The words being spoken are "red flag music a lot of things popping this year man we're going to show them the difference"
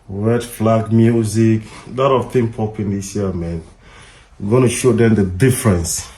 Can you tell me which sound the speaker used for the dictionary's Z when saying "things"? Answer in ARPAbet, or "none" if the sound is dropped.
none